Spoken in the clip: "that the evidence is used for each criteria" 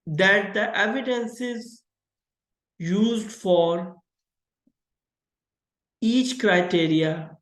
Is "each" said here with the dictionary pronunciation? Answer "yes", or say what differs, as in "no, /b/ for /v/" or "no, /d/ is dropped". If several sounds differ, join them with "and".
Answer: yes